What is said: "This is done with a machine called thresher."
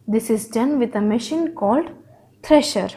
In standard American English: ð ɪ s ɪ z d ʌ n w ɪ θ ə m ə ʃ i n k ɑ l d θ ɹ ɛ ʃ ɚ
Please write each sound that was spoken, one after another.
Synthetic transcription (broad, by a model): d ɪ s ɪ z d ʌ n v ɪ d ə m ə ʃ i n k ɑ l d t ɹ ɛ ʃ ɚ